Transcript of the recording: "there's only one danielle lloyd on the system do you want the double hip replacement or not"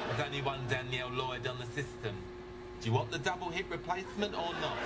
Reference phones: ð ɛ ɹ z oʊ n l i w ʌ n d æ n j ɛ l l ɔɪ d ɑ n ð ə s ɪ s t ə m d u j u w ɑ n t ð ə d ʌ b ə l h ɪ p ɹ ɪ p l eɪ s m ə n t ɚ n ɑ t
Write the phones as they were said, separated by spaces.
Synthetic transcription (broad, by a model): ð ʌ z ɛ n i w ʌ n d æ n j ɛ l l ɔɪ d n ð ə s ɪ s t ə m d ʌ j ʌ w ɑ n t ð ə d ʌ b ə l h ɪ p ɹ ɪ p l eɪ s m ə n t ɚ n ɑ t